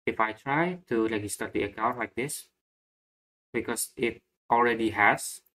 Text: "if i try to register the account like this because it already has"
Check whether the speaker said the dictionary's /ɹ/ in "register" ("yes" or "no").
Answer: no